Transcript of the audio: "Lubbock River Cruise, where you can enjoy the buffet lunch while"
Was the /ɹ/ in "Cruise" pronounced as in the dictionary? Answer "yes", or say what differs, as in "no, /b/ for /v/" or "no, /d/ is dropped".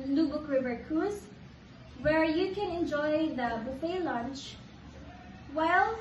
no, /ɹ/ is dropped